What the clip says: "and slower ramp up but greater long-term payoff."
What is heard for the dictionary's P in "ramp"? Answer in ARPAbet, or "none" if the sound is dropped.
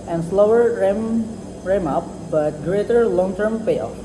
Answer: none